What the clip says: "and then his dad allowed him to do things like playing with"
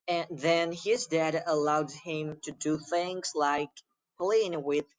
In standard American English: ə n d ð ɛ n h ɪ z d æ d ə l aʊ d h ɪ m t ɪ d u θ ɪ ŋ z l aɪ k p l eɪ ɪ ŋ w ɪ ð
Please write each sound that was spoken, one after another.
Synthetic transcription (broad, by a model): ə n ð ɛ n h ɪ z d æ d ə l aʊ d h ɪ m t ɪ d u θ ɪ ŋ z l aɪ k p l eɪ ɪ ŋ w ɪ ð